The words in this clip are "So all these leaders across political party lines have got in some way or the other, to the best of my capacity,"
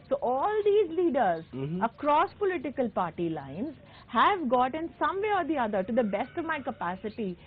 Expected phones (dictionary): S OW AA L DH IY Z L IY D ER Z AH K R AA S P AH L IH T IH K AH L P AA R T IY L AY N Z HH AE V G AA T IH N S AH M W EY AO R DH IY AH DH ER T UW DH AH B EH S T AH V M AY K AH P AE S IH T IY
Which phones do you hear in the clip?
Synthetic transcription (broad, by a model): S OW AA L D IY Z L IY D ER Z AH K R AA S P AH L IH T IH K AH L P AA R T IY L AY N Z HH AE V G AA T IH N S AH M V EY AO R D IY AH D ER T UW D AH B EH S T AH V M AY K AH P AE S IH T IY